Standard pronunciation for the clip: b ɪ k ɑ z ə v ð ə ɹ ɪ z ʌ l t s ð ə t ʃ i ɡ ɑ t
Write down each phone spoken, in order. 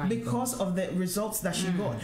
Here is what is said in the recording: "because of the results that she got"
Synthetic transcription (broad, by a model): b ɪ k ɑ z ə v ð ə ɹ ɪ z ʌ l t s ð ə t ʃ i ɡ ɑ t